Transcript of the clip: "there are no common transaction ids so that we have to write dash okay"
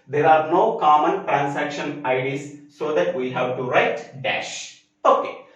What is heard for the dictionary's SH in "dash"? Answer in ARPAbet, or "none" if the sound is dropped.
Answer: SH